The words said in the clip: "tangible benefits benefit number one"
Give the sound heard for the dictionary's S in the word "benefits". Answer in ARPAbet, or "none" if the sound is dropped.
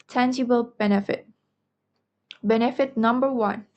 none